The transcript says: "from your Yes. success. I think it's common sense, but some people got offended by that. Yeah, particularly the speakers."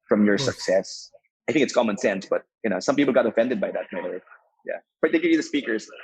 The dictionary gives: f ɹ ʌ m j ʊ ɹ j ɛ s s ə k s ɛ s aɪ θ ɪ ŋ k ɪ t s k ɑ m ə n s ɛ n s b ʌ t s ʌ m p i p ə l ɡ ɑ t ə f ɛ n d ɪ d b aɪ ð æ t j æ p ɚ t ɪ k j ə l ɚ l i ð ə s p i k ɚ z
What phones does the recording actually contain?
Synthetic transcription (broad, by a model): f ɹ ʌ m j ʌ ɹ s s ə k s ɛ s aɪ θ ɪ ŋ k ɪ t s k ɑ m ə n s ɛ n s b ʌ t s ʌ m p i p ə l ɡ ɑ t ə f ɛ n d ɪ d b aɪ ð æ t j æ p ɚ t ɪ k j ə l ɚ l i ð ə s p i k ɚ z